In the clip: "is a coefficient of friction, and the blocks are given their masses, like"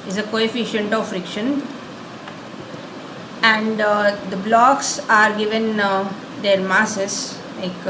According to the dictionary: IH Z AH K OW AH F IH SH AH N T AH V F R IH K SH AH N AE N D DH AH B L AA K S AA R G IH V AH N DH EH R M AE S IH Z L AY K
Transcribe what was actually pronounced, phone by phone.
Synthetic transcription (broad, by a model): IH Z AH K OW AH F IH SH AH N T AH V F R IH K SH AH N AE N D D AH B L AA K S AA R G IH V AH N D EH R M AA S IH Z L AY K